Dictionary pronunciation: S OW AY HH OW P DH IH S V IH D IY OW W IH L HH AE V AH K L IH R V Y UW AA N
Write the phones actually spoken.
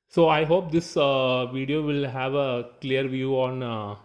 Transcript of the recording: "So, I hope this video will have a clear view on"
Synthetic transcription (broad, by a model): S OW AY HH OW P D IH S V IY D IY OW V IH L HH AE V AH K L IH R V Y UW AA N